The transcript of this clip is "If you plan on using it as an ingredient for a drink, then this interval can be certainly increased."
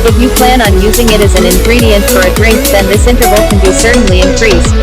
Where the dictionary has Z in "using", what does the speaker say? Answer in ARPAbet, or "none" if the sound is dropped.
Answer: Z